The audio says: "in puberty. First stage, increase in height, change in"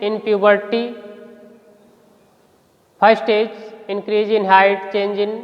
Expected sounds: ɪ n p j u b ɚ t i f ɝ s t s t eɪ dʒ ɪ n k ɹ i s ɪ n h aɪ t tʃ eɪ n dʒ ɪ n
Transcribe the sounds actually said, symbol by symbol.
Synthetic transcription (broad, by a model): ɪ n p j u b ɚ t i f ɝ t s t eɪ dʒ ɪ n k ɹ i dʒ ɪ n h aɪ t tʃ eɪ n dʒ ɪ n